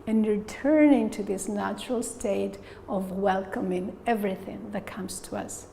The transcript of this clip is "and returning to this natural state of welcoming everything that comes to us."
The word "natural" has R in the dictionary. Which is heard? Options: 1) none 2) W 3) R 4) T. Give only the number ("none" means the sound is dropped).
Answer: 3